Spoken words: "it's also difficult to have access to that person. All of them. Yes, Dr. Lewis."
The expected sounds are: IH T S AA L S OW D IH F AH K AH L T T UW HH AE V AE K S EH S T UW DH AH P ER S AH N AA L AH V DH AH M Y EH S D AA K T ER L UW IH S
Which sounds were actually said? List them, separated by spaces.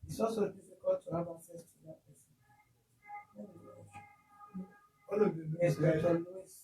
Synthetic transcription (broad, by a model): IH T S AA L S OW D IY F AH K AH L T T UW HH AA V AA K S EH S T UW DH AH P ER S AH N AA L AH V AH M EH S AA T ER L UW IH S